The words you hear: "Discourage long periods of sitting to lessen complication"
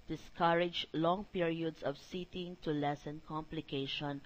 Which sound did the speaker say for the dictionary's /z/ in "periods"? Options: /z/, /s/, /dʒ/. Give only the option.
/s/